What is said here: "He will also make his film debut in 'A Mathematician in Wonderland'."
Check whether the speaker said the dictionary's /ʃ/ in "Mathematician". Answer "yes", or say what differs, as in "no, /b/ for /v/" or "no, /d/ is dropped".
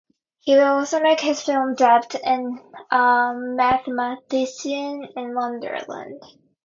no, /s/ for /ʃ/